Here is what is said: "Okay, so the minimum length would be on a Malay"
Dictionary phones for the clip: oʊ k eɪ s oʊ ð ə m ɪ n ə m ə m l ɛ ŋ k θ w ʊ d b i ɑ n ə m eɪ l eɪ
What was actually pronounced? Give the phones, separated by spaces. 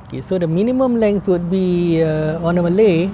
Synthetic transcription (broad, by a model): k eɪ s oʊ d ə m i n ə m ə m l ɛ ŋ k s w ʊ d b i ɑ n ə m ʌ l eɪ